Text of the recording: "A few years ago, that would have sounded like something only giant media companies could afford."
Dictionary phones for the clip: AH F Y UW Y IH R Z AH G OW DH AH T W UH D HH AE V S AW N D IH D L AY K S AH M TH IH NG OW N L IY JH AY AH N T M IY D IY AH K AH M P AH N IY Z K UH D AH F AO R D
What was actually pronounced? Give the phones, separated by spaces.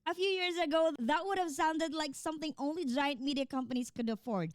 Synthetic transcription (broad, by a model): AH F Y UW Y IH R Z AH G OW DH AH T W UH D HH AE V S AW N D IH D L AY K S AH M TH IH NG OW N L IY JH AY AH N T M IY D IY AH K AH M P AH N IY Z K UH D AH F AO R D